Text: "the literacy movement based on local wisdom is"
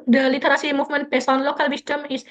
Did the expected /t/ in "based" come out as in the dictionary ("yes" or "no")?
no